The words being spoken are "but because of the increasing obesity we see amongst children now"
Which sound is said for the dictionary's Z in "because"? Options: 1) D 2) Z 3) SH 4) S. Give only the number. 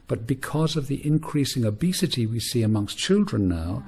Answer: 2